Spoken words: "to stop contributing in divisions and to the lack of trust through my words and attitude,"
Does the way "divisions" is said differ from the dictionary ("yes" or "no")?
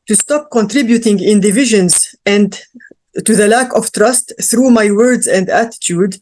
no